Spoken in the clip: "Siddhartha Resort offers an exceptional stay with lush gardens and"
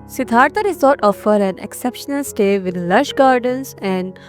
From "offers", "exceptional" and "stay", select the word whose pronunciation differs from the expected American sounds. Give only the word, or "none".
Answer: offers